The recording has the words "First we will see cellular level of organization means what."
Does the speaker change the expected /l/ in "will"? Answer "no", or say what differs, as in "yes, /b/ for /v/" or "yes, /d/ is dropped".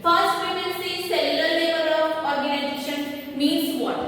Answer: yes, /n/ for /l/